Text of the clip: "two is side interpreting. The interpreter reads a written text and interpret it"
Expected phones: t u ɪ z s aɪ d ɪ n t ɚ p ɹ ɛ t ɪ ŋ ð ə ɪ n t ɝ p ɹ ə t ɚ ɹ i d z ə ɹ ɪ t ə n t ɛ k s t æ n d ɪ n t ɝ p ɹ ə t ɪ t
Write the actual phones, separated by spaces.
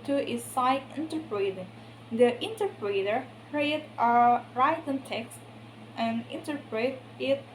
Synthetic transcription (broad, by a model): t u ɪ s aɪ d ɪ n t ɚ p ɹ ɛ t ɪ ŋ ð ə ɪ n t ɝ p ɹ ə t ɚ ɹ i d ə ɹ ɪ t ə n t ɛ k s t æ n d ɪ n t ɝ p ɹ ə t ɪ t